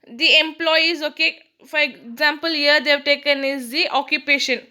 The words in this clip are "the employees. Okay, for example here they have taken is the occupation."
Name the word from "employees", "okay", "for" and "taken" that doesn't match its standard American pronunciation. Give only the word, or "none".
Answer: none